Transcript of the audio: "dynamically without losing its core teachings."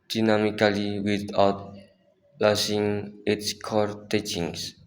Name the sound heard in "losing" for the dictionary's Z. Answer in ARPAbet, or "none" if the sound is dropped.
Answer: S